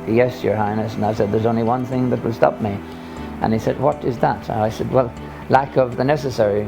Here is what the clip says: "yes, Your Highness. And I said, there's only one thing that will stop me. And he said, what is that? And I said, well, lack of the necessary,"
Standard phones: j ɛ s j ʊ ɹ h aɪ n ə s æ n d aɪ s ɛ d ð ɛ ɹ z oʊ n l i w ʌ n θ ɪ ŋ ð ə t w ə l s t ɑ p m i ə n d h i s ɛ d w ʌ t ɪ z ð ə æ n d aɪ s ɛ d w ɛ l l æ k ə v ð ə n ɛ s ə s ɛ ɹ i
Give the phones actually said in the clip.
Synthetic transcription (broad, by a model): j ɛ s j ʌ ɹ h aɪ n ə s n aɪ s ɛ d ð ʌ ɹ z oʊ n l i w ʌ n θ ɪ ŋ ð ə t w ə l s t ɑ p m i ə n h i s ɛ d w ʌ t ɪ z ð ə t aɪ s ɛ d w ɛ l l æ k ə v ð ə n ɛ s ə s ɛ ɹ i